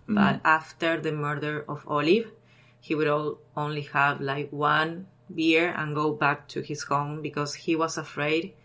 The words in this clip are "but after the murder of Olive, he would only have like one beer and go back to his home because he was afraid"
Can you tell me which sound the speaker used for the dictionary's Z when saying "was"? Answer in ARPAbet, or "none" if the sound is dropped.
S